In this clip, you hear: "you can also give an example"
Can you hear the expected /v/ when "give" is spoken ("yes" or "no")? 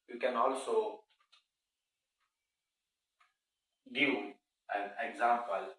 no